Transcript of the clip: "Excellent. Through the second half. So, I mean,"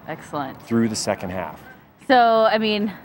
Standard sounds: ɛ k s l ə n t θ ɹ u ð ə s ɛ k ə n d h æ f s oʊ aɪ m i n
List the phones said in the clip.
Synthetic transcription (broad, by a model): ɛ k s l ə n t θ ɹ u ð ə s ɛ k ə n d h æ f s oʊ aɪ m i n